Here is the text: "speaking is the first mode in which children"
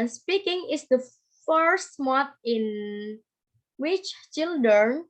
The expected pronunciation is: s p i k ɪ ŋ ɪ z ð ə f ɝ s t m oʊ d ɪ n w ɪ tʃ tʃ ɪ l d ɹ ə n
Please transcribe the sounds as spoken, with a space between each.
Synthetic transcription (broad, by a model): s p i k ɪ ŋ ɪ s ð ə f ɝ s t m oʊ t ɪ n w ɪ tʃ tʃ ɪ l d ɹ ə n